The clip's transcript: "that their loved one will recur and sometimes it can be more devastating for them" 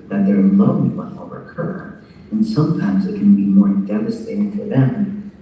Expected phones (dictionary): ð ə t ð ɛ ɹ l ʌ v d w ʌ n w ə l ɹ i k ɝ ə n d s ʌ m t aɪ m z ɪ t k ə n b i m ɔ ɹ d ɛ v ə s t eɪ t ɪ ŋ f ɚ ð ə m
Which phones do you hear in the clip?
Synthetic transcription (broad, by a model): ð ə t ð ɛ ɹ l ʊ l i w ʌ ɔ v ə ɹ k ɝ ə n s ʌ m t aɪ m z ɪ t k ə n b i m ɔ ɹ d ɛ v ə s t eɪ t ɪ ŋ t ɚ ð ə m